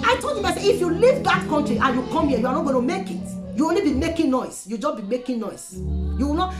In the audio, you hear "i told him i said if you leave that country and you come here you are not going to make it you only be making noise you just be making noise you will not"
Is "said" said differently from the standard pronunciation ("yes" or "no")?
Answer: yes